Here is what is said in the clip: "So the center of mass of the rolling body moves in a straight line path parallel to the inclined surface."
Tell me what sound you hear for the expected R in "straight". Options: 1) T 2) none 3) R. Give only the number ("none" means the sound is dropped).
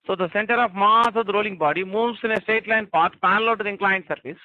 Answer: 2